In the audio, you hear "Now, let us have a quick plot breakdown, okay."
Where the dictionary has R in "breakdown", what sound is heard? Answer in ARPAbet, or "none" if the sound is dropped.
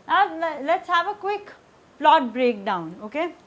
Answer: R